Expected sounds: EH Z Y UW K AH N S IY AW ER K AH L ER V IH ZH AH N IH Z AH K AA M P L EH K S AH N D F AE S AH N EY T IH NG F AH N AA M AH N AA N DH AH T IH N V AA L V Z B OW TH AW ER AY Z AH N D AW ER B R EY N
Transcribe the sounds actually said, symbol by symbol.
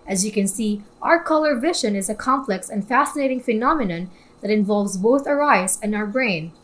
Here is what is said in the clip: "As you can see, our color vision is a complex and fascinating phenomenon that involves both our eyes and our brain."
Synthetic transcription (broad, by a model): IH Z Y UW K AH N S IY AW ER K AH L ER V IH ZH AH N IH Z AH K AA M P L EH K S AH N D F AE S AH N EY T IH NG F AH N AA M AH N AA N DH AH T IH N V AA L V Z B OW TH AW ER AY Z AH N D AW ER B R EY N